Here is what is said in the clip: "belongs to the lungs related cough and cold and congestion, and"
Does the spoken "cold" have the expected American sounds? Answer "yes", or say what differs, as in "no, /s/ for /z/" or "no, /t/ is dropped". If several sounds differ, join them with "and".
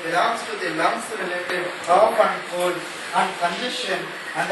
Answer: no, /d/ is dropped